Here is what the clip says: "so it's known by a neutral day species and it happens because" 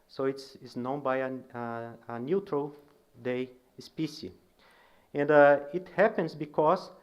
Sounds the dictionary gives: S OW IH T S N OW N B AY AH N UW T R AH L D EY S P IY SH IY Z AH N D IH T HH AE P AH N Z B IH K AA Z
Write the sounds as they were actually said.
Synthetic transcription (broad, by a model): S OW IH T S N OW N B AY AH N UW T R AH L D EY S P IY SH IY AH N D IH T HH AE P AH N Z B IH K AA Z